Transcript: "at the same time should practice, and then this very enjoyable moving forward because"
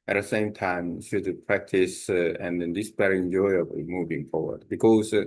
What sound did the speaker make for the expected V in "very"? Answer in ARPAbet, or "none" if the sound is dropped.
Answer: B